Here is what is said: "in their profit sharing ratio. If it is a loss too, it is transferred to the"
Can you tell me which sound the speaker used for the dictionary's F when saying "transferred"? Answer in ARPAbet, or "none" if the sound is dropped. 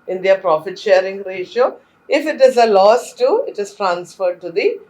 F